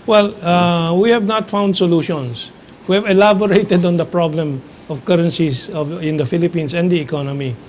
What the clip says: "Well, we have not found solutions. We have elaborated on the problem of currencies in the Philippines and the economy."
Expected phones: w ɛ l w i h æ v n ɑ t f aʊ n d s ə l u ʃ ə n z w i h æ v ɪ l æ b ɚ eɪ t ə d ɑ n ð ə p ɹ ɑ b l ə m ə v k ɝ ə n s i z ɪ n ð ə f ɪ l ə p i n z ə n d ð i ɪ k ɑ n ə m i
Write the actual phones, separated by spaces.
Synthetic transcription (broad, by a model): w ɛ l w i h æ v n ɑ t f aʊ n d s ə l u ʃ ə n s w i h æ v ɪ l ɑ b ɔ eɪ t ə d ɑ n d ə p ɹ ɑ b l ə m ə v k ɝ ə n s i s ɪ n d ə f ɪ l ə p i n s ə n d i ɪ k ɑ n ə m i